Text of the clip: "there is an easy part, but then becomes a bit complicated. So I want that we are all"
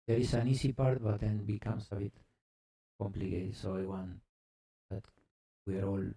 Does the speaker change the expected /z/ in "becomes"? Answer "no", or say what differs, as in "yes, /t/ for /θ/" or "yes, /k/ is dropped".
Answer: yes, /s/ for /z/